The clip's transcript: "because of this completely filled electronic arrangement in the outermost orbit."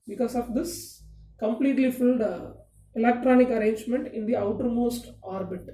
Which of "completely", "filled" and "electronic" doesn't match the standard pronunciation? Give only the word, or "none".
none